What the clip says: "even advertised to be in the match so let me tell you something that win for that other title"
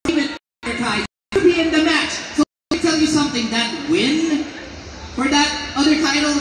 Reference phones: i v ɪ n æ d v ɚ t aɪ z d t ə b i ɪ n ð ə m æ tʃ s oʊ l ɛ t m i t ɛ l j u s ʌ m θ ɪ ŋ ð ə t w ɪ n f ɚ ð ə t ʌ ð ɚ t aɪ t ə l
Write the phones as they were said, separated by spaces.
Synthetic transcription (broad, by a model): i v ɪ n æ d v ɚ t aɪ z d b i ɪ n ð ə m æ tʃ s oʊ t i t ɛ l j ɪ s ʌ m θ ɪ ŋ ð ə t w ɪ n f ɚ ð ə t ʌ ð ɚ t aɪ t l